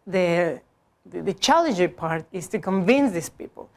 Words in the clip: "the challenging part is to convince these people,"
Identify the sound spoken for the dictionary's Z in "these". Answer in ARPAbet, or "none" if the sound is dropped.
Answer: S